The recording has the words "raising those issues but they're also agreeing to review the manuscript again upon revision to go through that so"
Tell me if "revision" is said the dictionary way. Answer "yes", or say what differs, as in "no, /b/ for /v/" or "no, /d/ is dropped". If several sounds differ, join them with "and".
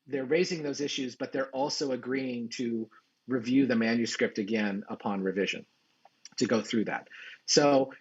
yes